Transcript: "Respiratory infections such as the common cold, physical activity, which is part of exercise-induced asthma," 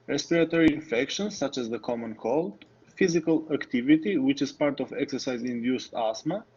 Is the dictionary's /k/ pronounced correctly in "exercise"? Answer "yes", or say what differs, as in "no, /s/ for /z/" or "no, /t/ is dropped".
yes